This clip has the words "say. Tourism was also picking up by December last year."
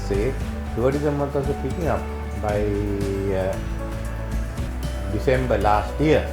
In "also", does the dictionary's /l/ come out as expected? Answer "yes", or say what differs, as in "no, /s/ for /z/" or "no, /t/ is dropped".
no, /l/ is dropped